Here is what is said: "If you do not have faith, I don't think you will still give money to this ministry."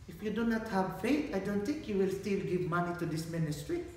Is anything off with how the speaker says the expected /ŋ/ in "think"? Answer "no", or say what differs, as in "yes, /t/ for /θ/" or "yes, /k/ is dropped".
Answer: no